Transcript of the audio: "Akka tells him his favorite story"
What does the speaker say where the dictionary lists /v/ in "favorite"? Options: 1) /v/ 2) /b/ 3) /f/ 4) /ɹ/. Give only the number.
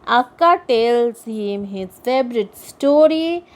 2